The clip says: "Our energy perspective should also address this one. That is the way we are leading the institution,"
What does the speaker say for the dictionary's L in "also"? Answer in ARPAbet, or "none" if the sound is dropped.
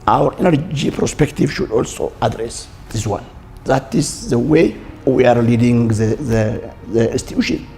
L